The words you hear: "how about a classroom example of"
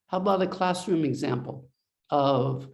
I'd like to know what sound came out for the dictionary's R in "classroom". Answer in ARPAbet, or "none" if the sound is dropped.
R